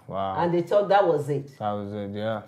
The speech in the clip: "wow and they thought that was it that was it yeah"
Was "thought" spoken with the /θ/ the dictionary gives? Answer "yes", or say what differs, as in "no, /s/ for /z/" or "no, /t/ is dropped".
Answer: no, /t/ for /θ/